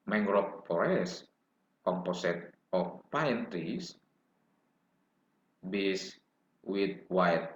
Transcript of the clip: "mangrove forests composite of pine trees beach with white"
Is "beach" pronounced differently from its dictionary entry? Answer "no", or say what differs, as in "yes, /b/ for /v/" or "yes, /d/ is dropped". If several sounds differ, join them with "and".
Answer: yes, /s/ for /tʃ/